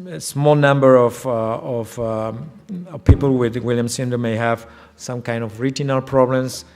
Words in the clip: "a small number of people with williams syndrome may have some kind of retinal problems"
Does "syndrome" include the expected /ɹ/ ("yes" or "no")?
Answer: no